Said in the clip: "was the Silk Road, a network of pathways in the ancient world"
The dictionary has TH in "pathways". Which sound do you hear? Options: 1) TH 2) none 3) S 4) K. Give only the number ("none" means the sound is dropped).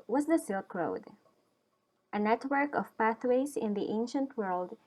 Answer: 1